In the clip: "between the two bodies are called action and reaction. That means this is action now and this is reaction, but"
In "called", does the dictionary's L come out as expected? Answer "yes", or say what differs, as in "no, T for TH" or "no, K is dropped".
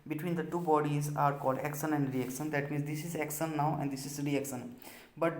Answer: yes